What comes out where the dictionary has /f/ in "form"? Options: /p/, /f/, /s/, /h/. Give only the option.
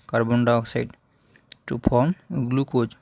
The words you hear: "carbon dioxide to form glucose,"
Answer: /p/